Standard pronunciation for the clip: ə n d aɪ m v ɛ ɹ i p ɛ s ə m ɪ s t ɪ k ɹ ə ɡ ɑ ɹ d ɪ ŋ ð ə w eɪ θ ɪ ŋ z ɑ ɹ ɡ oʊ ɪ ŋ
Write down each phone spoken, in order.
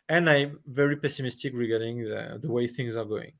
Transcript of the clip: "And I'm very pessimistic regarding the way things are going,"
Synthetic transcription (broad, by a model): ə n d aɪ m v ɛ ɹ i p ɛ s ə m ɪ s t ɪ k ɹ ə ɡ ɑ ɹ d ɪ ŋ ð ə w eɪ θ ɪ ŋ z ɑ ɹ ɡ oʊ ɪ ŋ